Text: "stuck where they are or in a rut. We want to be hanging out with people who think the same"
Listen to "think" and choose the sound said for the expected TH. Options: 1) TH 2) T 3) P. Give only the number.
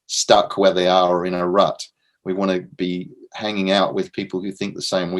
1